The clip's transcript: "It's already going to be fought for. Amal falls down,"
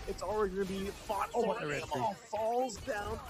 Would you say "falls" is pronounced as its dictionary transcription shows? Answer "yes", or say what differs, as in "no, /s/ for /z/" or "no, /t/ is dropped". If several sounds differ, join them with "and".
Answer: yes